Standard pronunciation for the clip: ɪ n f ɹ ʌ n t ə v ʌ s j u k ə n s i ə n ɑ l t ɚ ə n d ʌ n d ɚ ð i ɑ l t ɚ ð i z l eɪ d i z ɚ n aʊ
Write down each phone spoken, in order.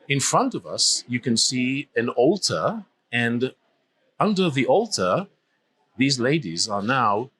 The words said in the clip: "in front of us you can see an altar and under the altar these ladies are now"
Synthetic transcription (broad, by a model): ɪ n f ɹ ʌ n t ə v ʌ s j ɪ k ə n s i ə n ɑ l t ɚ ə n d ʌ n d ɚ ð i ɑ l t ɚ ð i z l eɪ d i z ɚ n aʊ